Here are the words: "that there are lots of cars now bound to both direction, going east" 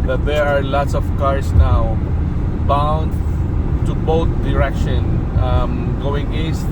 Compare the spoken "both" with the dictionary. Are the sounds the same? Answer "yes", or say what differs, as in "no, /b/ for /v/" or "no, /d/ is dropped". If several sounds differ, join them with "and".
no, /t/ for /θ/